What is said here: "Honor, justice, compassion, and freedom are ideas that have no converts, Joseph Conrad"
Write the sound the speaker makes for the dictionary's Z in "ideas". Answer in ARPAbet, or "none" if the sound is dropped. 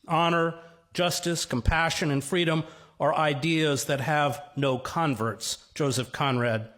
Z